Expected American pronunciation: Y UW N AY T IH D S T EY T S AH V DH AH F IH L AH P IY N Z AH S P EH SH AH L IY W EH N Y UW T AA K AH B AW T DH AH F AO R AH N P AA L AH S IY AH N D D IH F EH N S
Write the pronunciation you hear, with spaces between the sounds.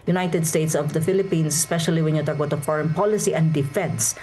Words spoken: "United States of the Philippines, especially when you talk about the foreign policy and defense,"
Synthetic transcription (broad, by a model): Y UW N AY T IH D S T EY T S AH V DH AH F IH L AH P IY N S AH S P EH SH AH L IY W EH N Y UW T AA K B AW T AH F AO R AH N P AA L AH S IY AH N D D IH F EH N S